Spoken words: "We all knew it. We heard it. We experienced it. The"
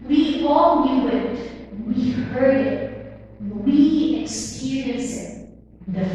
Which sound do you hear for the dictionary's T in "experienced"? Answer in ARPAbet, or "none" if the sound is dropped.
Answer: none